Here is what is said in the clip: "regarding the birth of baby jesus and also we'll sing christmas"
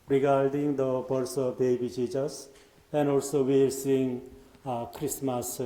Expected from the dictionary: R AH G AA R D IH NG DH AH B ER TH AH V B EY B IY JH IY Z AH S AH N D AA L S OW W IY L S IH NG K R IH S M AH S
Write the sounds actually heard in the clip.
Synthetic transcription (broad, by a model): R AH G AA R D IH NG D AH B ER S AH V B EY B IY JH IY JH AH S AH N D AA L S OW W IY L S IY NG K R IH S M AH S